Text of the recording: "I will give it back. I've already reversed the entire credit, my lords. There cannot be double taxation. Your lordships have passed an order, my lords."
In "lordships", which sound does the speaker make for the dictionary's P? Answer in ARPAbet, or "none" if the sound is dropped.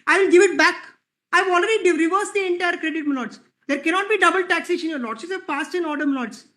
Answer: none